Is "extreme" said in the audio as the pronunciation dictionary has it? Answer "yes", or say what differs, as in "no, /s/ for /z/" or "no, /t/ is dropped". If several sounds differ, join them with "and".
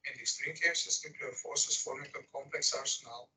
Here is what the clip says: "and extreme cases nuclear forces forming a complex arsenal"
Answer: no, /k/ is dropped